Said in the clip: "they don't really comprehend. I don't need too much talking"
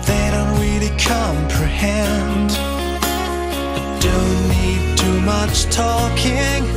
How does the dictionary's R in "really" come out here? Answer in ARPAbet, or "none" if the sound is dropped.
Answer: W